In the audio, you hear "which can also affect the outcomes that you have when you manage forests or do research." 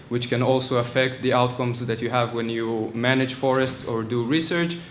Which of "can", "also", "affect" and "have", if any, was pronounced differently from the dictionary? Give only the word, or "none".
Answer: none